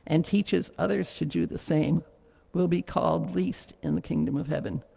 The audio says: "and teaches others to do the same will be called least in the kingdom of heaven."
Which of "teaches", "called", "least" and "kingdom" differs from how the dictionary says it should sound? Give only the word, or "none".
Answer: none